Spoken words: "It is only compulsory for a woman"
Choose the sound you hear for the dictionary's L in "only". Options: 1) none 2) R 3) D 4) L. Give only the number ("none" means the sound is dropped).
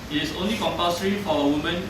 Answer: 4